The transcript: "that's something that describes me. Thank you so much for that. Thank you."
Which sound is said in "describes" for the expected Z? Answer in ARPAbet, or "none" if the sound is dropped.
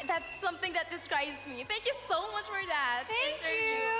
Z